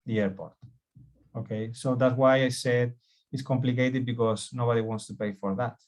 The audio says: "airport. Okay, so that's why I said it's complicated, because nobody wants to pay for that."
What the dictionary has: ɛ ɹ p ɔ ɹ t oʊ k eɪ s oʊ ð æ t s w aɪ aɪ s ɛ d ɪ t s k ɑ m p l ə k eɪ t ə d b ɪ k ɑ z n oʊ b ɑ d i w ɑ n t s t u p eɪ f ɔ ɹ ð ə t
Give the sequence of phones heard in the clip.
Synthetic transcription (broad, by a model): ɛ ɹ p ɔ ɹ t oʊ k eɪ s oʊ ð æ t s w aɪ aɪ s ɛ d ɪ t s k ɑ m p l ə k eɪ t ə d b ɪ k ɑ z n oʊ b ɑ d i w ɑ n t s t u p eɪ f ɔ ɹ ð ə t